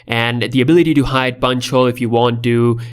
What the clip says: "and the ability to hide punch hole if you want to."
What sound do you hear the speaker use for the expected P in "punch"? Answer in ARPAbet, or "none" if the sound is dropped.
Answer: B